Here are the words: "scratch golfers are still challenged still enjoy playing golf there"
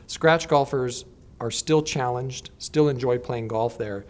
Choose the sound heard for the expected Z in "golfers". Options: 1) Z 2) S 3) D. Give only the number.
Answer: 1